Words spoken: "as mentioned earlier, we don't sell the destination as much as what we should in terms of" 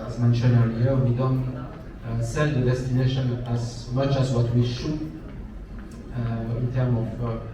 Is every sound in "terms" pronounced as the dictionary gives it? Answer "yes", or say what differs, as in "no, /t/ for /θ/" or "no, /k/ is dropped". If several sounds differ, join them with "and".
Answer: no, /z/ is dropped